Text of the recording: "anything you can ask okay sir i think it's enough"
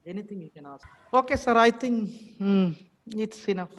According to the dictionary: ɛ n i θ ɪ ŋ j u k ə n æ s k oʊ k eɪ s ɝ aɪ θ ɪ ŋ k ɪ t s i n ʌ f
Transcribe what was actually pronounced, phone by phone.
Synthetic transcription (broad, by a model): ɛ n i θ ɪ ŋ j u k ə n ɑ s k oʊ k eɪ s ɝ aɪ t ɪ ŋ ɪ t s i n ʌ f